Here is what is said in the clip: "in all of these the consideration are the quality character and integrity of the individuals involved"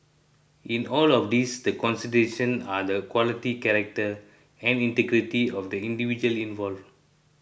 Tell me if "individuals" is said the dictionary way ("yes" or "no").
no